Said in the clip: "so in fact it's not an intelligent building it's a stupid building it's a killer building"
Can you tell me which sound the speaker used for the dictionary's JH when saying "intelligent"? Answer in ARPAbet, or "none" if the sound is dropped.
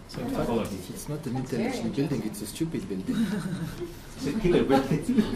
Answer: SH